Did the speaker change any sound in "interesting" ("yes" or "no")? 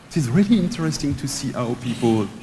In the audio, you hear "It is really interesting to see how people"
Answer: no